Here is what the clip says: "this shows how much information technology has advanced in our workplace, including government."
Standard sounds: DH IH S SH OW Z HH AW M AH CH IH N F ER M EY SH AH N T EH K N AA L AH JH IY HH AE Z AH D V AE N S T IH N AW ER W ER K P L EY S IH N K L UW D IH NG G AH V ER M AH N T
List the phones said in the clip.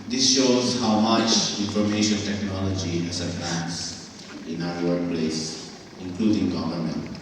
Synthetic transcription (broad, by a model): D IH S SH OW Z HH AW M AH CH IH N F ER M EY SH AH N T EH K N AA L AH JH IY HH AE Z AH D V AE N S IH N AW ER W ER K P L EY S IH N K L UW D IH NG G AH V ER M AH N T